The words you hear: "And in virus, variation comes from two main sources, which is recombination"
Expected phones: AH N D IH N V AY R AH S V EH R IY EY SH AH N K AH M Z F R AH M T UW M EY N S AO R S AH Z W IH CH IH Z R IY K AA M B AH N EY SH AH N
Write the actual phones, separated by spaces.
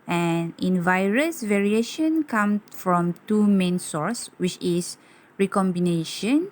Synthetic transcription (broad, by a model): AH N IH N V AY R AH S V EH R IY EY SH AH N K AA M S F R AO M T UW M EY N S AO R S W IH CH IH S R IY K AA M B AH N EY SH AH N